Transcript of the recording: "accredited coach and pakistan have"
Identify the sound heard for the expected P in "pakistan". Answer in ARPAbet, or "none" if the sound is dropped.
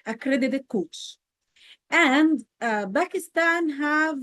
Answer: B